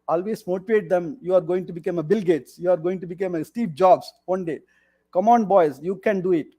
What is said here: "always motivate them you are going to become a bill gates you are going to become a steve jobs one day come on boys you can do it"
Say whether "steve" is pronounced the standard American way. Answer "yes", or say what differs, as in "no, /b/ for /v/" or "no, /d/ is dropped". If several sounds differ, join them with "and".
no, /p/ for /v/